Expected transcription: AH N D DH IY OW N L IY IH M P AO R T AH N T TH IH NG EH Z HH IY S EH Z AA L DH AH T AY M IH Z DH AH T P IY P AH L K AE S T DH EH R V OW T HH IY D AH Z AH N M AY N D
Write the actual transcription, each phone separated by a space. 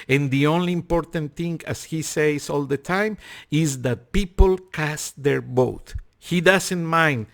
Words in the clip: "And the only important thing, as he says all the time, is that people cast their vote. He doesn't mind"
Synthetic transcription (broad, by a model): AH N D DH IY OW N L IY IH M P AO R T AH N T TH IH NG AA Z HH IY S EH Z AA L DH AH T AY M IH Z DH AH T P IY P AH L K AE S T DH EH R B OW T HH IY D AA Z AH N M AY N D